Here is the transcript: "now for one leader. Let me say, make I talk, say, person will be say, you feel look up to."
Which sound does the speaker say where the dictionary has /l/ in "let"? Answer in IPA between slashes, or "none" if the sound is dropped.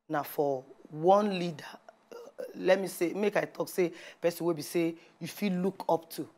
/l/